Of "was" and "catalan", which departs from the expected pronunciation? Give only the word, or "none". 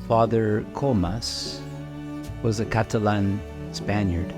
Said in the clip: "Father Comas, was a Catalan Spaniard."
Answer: none